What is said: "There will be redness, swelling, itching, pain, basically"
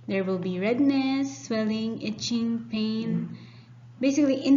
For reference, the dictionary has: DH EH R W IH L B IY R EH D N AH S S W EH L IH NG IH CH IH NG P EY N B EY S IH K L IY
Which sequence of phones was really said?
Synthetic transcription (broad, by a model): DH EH R W IH L B IY R EH D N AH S S W EH L IH NG IH CH IH NG P EY N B EY S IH K L IY